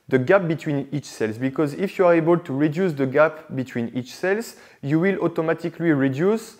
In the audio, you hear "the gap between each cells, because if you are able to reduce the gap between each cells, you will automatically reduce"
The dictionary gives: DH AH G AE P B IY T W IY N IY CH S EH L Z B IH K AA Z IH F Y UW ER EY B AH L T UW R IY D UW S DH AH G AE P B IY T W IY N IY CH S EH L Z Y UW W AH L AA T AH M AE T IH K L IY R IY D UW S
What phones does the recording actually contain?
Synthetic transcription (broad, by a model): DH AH G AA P B IY T W IY N IY CH S EH L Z B IH K AA Z IH F Y UW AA EY B AH L T UW R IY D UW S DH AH G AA P B IY T W IY N IY CH S EH L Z Y UW W AH L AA T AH M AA T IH K L IY R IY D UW S